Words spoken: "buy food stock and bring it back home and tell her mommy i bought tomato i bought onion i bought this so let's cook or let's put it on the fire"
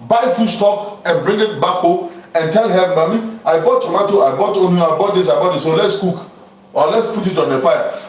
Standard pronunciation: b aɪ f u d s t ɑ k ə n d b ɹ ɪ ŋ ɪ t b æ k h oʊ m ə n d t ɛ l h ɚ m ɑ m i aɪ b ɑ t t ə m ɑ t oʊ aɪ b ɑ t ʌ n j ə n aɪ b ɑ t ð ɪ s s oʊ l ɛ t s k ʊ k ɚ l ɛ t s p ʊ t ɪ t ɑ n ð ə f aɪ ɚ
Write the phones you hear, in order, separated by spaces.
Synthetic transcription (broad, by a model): b aɪ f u s t ɑ k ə n b ɹ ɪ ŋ ɪ t b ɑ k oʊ ə n t ɛ l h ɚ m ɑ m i aɪ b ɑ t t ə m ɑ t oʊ aɪ b ɑ t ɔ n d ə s aɪ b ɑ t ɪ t s oʊ l ɛ t s k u k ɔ l ɛ t s p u t ɪ t ɑ n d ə f aɪ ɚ